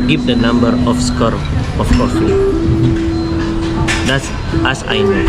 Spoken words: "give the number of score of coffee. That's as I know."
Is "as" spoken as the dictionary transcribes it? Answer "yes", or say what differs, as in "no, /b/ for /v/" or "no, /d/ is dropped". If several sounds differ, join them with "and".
no, /s/ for /z/